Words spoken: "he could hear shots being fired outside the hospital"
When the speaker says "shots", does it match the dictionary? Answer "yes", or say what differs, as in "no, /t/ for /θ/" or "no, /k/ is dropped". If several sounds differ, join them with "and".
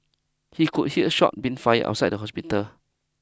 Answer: no, /s/ is dropped